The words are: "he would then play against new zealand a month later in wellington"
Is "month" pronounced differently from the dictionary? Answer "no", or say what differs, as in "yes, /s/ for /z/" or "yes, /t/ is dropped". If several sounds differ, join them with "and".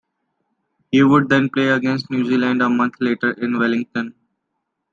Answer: yes, /t/ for /θ/